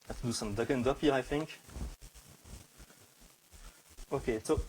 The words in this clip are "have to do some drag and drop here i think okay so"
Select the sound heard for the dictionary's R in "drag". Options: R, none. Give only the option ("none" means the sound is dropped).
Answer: none